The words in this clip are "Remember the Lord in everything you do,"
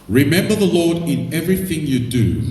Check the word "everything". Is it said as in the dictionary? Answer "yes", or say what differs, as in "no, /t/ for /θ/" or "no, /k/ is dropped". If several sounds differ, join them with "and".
yes